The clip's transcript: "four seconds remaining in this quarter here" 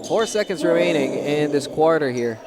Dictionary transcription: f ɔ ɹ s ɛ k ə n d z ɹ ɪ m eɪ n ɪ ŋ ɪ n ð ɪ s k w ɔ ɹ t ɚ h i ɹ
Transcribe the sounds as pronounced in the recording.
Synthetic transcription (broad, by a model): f ɔ ɹ s ɛ k ə n d z ɹ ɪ m eɪ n ɪ ŋ ɪ n ð ɪ s k w ɔ ɹ t ɚ h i ɹ